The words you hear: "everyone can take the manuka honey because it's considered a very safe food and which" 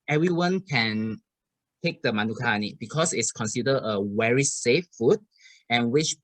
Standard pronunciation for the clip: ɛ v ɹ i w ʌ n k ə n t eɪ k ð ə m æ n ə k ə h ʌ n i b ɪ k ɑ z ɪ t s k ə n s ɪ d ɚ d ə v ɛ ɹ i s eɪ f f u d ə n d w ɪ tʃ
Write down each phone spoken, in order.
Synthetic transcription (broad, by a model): ɛ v ɹ i w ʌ n k ə n t eɪ k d ə m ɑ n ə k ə n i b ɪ k ɑ s ɪ t s k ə n s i d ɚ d ə w ɛ ɹ i s eɪ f f u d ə n w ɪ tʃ